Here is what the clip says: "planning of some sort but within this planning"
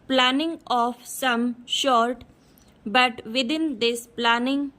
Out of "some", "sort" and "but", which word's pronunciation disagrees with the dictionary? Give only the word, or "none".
sort